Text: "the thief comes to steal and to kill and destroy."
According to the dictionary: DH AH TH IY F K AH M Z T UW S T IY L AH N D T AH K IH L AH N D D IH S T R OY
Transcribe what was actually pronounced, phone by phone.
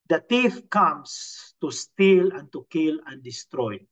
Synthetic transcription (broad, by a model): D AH T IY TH K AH M S T UW S T IY L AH N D T AH K IH L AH N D D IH S T R OY